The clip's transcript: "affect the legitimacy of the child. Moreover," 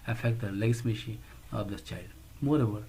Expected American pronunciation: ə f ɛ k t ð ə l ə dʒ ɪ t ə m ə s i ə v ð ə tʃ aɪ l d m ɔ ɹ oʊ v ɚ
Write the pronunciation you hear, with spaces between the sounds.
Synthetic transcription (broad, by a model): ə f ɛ k t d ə l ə ɪ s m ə ʃ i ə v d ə tʃ aɪ l d m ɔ ɹ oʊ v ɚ